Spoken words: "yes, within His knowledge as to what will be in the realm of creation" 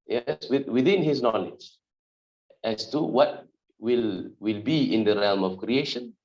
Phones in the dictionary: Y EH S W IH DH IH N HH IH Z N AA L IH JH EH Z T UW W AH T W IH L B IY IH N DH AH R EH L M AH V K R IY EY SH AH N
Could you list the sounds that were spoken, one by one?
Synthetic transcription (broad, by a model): Y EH S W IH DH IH N HH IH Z N AA L IH JH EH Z T UW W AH T W IH L B IY IH N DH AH R EH L M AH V K R IY EY SH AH N